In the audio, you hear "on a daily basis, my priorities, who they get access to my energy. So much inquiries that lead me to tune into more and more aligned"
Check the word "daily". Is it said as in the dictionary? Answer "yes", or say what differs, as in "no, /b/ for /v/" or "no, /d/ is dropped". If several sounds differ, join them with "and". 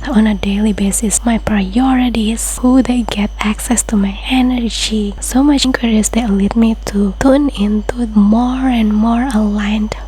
yes